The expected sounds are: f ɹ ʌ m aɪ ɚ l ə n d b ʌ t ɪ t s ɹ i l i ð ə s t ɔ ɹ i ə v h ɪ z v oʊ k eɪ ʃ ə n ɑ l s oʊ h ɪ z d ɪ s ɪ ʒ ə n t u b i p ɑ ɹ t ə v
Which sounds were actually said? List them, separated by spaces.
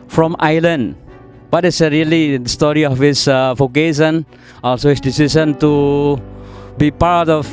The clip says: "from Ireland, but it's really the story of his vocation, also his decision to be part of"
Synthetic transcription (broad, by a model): f ɹ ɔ m aɪ l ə n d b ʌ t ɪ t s ɹ i l i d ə s t ɔ ɹ i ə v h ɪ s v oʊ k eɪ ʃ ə n ɑ l s oʊ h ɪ s d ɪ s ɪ s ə n t u b i p ɑ ɹ t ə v